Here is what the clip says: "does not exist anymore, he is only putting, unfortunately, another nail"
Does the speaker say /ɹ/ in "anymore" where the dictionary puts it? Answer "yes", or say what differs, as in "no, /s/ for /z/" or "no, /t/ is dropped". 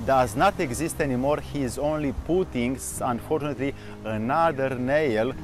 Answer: yes